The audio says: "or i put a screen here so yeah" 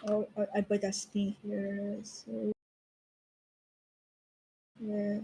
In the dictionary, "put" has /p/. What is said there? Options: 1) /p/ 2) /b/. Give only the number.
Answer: 2